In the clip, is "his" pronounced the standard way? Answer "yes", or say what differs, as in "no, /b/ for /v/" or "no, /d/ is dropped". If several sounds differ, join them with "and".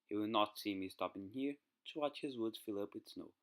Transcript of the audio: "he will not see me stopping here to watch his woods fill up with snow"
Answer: yes